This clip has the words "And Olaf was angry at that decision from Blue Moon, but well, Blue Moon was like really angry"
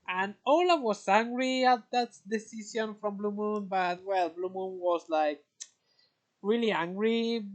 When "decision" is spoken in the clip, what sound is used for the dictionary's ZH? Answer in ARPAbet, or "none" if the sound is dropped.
Z